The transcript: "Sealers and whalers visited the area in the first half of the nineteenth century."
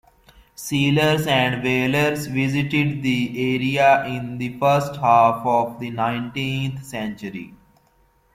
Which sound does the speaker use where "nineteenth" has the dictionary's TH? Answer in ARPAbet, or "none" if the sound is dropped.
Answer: T